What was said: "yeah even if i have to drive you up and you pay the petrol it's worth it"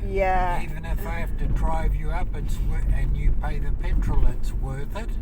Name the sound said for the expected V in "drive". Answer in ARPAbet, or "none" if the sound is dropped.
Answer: V